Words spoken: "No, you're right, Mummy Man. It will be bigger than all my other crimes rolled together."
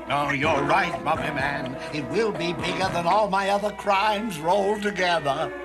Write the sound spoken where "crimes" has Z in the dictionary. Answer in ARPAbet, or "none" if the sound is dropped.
Z